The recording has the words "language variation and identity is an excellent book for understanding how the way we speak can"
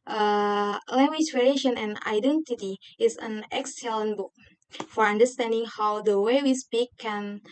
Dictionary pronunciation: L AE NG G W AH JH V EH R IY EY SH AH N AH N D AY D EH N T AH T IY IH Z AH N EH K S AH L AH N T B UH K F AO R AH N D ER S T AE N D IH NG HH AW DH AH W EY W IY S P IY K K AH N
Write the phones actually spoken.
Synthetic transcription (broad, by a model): L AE NG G W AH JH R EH L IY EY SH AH N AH N AY D EH N T AH T IY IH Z AH N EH K S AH L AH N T B UH K F AO R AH N D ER S T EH N D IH NG HH AW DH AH W EY W IY S P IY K K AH N